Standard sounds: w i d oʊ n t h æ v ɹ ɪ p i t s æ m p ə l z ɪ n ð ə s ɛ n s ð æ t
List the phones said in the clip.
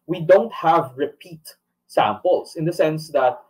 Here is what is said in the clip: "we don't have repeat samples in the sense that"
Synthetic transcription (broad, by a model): w i d oʊ n t h æ v ɹ ɪ p i t s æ m p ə l s ɪ n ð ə s ɛ n s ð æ t